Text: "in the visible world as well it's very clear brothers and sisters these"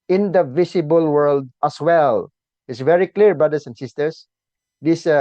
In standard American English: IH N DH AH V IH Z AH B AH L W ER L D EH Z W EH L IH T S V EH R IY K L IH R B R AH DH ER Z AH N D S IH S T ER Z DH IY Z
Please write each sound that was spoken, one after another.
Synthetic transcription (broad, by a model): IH N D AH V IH S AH B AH L W ER L D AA S W EH L IH T S V EH R IY K L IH R B R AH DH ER S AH N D S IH S T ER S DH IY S